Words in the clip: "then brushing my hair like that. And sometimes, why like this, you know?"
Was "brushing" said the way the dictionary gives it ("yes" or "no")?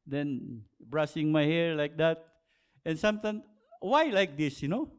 no